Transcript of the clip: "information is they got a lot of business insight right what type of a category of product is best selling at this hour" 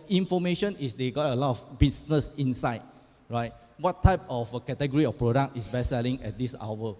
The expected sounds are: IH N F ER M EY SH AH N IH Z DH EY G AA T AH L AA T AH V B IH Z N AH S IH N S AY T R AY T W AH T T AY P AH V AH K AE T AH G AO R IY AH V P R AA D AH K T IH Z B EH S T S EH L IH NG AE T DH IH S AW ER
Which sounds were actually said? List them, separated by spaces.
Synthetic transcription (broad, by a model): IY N F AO M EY SH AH N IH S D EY G AA T AH L AA T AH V B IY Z N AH S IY N S AY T R AY T W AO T T AY P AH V AH K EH T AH G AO R IY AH F P R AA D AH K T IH S B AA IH S EH L IH NG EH T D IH S AW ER